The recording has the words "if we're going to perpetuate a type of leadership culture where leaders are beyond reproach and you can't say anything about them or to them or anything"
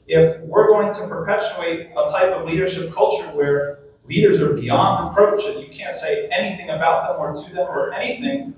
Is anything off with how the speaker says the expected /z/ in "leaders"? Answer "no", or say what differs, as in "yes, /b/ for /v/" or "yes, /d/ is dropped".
no